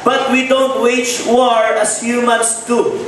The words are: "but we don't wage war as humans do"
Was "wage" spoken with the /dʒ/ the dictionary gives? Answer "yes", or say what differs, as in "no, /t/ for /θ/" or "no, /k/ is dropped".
no, /tʃ/ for /dʒ/